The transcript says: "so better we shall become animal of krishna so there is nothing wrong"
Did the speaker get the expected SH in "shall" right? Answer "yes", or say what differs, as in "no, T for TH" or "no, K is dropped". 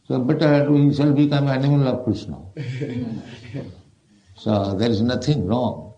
no, S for SH